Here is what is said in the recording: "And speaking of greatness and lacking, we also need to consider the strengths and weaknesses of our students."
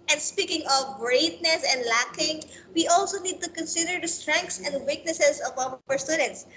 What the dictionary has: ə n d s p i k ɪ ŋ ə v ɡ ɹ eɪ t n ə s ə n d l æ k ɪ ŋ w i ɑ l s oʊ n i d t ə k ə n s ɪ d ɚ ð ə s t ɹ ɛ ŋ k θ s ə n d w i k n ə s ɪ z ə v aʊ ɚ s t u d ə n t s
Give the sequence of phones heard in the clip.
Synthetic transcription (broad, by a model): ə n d s p i k ɪ ŋ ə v ɡ ɹ eɪ t n ə s ə n d l æ k ɪ ŋ w i ɑ l s oʊ n i d t ə k ə n s ɪ d ɚ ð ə s t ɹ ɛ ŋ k t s ə n d w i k n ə s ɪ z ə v aʊ ɚ s t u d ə n t s